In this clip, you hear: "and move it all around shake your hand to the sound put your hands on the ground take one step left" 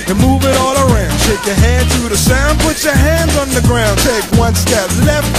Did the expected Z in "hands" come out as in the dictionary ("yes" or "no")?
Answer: yes